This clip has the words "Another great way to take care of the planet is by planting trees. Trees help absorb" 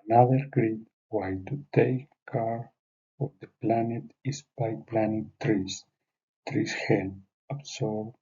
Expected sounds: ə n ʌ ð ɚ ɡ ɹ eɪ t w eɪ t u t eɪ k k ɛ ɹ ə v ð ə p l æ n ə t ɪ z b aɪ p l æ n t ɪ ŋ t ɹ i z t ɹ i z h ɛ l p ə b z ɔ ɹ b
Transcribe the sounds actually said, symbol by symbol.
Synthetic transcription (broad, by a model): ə n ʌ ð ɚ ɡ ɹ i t w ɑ t u t eɪ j k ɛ ɹ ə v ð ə p l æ n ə t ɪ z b aɪ p l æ n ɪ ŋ t ɹ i s t ɹ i s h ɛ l ə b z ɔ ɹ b